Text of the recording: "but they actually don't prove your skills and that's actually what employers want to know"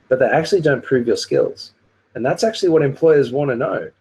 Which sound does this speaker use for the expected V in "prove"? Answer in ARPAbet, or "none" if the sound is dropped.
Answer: V